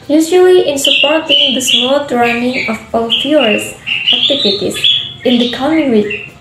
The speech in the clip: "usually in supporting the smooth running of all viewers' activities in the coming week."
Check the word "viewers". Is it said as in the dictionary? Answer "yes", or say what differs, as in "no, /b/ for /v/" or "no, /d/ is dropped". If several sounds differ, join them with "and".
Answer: no, /f/ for /v/